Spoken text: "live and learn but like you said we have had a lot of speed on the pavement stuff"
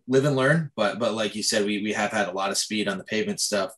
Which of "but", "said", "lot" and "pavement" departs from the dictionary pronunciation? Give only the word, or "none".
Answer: none